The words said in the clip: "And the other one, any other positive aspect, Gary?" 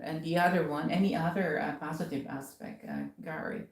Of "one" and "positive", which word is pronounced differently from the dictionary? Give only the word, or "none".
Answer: none